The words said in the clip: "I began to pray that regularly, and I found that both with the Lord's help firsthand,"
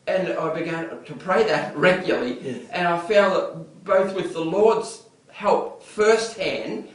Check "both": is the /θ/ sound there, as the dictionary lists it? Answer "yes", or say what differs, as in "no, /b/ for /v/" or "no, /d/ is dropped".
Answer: yes